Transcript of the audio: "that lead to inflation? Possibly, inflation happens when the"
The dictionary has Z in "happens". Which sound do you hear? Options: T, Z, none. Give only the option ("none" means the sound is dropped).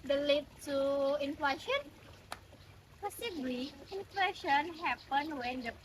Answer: none